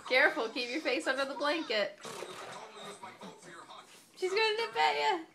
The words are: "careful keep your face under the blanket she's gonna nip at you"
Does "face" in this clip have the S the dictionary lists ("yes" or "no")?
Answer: yes